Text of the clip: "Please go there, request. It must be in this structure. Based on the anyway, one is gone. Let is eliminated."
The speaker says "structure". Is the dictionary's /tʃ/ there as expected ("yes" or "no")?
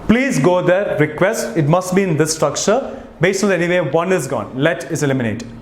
yes